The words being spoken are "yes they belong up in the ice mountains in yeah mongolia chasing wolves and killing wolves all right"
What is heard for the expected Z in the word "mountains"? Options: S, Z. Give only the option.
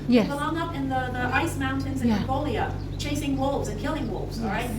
Z